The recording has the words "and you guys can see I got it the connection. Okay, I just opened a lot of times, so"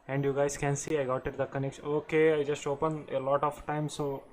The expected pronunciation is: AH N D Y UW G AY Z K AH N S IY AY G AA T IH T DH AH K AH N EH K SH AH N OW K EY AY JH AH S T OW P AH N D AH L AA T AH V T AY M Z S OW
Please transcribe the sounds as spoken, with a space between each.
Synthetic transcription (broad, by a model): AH N D Y UW G AY Z K AH N S IY AY G AA T IH T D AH K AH N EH K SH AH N OW K EY AY JH AH S T OW P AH N AH L AA T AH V T AY M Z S OW